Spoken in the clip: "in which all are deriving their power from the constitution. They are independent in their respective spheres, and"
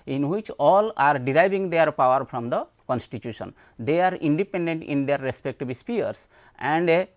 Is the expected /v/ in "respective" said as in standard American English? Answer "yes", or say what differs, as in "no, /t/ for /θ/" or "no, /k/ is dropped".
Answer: no, /b/ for /v/